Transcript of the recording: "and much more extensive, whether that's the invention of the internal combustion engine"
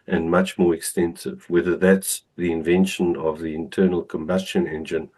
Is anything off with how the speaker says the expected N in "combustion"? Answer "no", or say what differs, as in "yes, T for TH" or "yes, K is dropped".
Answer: no